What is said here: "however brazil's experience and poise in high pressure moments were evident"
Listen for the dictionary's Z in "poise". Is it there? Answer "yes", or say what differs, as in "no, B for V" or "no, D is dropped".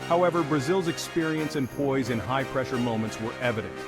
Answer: yes